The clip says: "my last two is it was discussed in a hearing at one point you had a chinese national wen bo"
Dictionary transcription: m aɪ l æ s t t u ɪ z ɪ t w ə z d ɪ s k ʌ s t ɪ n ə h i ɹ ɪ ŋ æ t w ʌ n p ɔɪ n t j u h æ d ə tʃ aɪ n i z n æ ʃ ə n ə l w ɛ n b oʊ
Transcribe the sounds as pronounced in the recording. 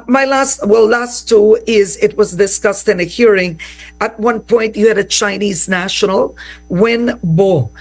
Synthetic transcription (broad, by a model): m aɪ l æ s t t u ɪ z ɪ t w ə z d ɪ s k ʌ s t ɪ n ə h i ɹ ɪ ŋ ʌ t w ʌ n p ɔɪ n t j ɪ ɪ d ə tʃ aɪ n i z n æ ʃ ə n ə l w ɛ n b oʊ